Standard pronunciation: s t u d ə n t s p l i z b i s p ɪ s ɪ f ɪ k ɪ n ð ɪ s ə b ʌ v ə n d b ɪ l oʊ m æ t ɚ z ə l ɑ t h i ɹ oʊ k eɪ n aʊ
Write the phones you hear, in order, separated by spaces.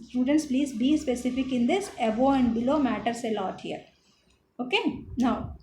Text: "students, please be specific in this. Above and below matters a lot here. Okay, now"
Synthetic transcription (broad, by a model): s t u d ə n t s p l i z b i s p ɪ s ɪ f ɪ k ɪ n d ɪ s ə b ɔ ə n d b ɪ l oʊ m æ t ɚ s ə l ɑ t h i ɹ oʊ k eɪ n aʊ